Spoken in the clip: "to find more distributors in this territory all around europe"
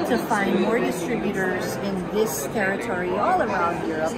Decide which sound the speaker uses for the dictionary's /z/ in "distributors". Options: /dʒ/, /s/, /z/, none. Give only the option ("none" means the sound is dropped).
/z/